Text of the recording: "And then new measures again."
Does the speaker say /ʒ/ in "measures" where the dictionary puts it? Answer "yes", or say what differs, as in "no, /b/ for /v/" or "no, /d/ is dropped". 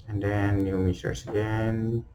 no, /s/ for /ʒ/